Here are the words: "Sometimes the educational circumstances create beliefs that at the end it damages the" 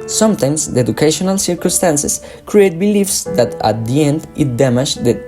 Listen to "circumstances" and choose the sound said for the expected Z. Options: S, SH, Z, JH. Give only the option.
S